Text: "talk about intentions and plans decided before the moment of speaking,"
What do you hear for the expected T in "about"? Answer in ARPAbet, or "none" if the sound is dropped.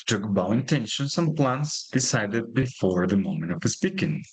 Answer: none